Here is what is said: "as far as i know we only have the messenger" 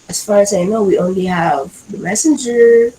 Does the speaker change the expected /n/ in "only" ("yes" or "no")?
no